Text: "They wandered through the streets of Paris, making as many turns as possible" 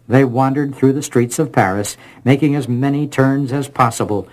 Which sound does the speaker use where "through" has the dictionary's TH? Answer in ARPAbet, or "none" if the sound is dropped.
TH